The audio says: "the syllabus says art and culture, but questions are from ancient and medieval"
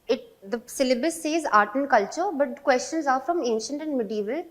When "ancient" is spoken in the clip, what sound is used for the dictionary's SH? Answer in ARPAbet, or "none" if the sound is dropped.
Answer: SH